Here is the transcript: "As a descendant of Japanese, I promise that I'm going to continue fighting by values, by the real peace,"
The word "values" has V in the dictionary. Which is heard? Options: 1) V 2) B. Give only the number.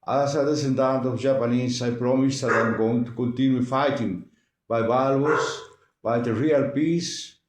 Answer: 2